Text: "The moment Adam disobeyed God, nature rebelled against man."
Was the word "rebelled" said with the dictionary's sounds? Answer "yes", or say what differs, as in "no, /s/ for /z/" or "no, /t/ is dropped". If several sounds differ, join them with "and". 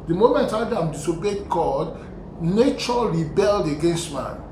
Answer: yes